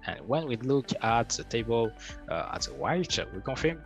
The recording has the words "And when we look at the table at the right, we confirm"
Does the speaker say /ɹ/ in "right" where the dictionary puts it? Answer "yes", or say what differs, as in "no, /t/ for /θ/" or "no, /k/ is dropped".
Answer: no, /w/ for /ɹ/